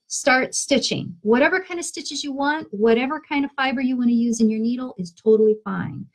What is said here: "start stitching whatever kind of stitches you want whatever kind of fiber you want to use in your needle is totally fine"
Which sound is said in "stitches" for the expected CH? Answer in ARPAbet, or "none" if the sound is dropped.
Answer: CH